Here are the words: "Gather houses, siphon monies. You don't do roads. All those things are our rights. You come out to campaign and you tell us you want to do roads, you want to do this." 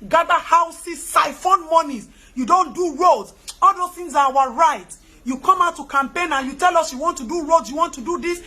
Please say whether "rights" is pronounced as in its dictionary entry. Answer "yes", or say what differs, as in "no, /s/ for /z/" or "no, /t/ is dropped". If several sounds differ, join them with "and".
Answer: no, /s/ is dropped